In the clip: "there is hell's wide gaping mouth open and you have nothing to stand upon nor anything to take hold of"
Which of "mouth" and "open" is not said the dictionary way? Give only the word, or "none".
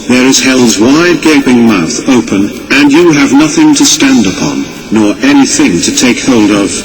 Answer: none